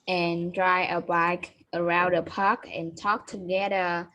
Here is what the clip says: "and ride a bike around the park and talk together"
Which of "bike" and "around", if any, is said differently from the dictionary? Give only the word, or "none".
none